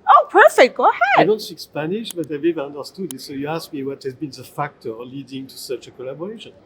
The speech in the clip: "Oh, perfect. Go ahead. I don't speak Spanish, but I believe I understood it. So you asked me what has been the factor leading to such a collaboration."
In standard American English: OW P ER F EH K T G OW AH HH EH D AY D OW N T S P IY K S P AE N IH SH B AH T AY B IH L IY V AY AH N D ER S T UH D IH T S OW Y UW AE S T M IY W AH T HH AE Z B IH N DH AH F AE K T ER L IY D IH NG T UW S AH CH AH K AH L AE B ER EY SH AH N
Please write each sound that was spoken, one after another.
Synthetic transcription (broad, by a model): OW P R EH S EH G OW AH HH EH D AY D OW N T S IY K S P AE N IH SH B AH T AY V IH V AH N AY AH N D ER S T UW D IH T S OW Y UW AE S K M IY W AH T HH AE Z B IH N DH AH F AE K T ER L IY D IH NG T UW S AH CH AH K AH L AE B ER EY SH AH N